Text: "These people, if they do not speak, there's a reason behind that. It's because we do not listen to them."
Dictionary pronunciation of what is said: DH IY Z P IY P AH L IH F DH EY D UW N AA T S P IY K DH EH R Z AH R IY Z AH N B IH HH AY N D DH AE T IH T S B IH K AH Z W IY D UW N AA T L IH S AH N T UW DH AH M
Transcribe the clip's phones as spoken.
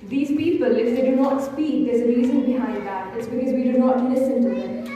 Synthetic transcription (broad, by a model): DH IY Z P IY P AH L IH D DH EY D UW N AA T S P IY K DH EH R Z AH R IY Z AH N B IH HH AY D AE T IH T S B IH K AH Z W IY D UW N AA T L IH S AH N T UW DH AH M